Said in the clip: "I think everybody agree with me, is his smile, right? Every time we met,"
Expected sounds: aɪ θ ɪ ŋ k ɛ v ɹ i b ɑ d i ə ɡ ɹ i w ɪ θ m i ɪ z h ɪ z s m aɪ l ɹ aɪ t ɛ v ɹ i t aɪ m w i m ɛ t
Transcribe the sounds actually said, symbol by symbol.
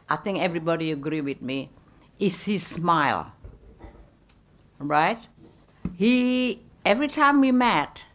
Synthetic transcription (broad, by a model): aɪ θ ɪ ŋ k ɛ v ɹ i b ɑ d i ə ɡ ɹ i w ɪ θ m i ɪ s h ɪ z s m aɪ l ɹ aɪ t ɛ v ɹ i t aɪ m w i m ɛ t